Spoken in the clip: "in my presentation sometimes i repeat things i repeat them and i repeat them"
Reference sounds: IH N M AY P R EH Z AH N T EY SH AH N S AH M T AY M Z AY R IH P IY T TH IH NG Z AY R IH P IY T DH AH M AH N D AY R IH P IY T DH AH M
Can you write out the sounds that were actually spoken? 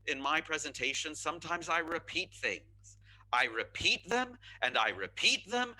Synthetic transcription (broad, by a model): IH N M AY P R EH Z AH N T EY SH AH N S AH M T AY M Z AY R IH P IY T TH IH NG Z AY R IH P IY T DH AH M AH N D AY R IH P IY T DH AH M